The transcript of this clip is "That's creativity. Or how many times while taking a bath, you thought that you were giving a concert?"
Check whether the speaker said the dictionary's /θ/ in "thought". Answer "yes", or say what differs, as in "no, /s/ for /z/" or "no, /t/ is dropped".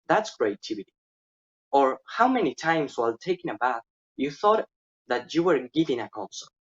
yes